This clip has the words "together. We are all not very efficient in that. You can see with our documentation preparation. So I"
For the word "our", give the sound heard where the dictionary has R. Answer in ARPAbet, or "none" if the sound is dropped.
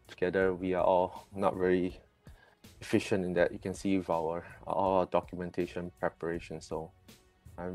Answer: L